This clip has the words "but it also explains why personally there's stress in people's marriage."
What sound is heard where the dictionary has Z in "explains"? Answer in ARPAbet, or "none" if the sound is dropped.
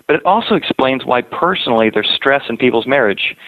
Z